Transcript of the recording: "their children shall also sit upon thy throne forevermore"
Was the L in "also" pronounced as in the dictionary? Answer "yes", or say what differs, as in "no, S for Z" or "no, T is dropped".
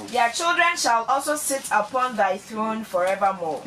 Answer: yes